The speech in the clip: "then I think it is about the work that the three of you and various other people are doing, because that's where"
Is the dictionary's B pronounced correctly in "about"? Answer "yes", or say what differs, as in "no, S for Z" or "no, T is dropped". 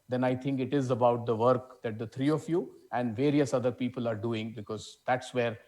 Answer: yes